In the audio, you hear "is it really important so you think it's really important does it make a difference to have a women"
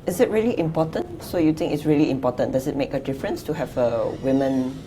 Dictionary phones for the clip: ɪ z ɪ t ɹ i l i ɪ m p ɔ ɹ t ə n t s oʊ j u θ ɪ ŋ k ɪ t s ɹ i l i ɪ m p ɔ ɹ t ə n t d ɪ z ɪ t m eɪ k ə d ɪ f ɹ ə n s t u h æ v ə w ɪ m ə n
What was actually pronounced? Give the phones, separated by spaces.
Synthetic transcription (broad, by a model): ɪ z ɪ t ɹ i l i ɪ m p ɔ t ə n t s oʊ j u t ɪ ŋ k ɪ t s ɹ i l i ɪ m p ɔ t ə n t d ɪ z ɪ t m eɪ k ə d ɪ f ɹ ə n s t u h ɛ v ə w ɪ m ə n